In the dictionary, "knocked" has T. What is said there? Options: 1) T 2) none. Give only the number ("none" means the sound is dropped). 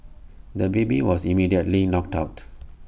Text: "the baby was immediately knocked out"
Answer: 1